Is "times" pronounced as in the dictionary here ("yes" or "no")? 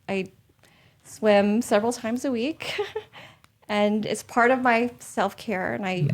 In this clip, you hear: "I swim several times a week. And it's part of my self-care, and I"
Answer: yes